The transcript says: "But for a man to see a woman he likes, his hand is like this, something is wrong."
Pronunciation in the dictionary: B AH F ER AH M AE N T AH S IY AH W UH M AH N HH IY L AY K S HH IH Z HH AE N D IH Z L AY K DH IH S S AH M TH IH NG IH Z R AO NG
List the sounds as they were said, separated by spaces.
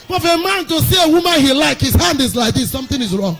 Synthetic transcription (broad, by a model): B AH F AH M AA N T AH S IY AH W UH M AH N HH IY L AY K HH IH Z HH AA N D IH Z L AY K DH IH S S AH M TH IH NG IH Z R AO NG